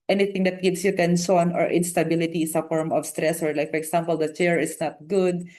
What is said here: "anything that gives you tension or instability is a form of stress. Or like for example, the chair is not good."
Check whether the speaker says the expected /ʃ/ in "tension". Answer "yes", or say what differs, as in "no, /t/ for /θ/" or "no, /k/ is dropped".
no, /s/ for /ʃ/